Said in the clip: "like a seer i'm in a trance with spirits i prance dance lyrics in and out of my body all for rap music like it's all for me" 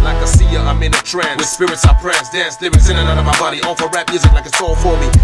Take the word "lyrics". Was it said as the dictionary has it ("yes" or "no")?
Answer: no